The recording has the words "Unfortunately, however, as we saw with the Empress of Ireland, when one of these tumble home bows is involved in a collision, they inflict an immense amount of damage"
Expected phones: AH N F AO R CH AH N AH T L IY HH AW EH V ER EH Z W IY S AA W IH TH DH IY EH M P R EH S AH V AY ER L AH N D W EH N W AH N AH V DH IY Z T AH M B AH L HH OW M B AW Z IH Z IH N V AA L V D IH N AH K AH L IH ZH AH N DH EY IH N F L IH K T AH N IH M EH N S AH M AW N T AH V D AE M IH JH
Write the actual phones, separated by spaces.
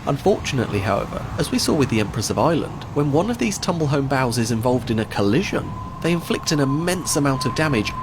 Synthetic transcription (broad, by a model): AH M F AO R CH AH N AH T L IY HH AW EH V ER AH Z W IY S AA W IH DH IY EH M P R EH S AH V AY L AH N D W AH N W AH N AH V DH IY Z T AH M B AH L HH OW M B AW Z IH Z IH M V AA L V D IH N AH K AH L IH ZH AH N DH EY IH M F L IH K T AH N IH M EH N S AH M AW N T AH V D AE M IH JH